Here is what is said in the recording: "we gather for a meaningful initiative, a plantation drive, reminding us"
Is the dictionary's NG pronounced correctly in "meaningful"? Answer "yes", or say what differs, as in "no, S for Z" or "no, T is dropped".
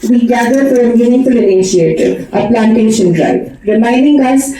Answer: no, NG is dropped